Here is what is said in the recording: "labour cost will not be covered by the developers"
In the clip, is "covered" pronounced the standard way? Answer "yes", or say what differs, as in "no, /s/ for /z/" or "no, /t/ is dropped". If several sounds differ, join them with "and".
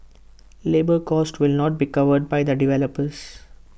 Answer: yes